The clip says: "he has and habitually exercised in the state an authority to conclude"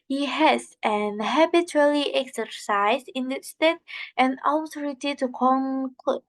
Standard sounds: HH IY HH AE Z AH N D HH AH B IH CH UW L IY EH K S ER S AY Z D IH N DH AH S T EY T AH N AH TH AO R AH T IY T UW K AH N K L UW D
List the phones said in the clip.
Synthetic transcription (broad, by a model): HH IY HH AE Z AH N HH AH B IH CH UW L IY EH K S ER S AY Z IH N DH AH S T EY T AH N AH T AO R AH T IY T UW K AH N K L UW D